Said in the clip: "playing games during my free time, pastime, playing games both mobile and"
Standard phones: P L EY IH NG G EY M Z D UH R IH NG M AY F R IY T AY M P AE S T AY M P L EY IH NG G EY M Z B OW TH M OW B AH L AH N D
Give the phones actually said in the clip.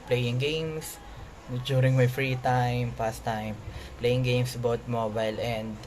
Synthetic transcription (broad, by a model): P L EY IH NG G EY M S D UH R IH NG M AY F R IY T AY M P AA S T AY M P L EY IH NG G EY M S B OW T M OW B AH L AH N D